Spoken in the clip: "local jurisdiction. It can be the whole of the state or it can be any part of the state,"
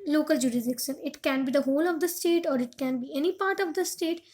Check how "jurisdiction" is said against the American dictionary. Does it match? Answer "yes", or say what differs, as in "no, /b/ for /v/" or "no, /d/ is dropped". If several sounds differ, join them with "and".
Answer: no, /s/ is dropped